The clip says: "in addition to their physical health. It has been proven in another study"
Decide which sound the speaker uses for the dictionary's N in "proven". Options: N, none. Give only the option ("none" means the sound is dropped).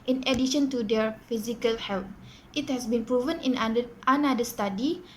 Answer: N